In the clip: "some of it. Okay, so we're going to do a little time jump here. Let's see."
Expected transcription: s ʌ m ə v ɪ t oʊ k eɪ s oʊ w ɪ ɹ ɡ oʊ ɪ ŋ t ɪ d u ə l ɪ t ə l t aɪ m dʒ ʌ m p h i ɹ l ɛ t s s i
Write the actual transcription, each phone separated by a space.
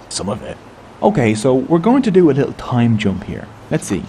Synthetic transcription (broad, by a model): s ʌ m ə v ɪ t oʊ k eɪ s oʊ w ɪ ɹ ɡ oʊ ɪ ŋ t ɪ d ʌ ə l ɪ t l t aɪ m dʒ ʌ m p h i ɹ l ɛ t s s i